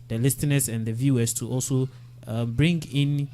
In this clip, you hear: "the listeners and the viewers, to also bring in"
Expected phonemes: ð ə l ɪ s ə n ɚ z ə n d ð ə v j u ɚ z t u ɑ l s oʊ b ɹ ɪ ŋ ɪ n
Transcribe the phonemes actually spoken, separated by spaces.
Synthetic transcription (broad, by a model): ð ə l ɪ s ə n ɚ s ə n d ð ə v j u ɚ s t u ɑ l s oʊ b ɹ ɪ ŋ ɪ n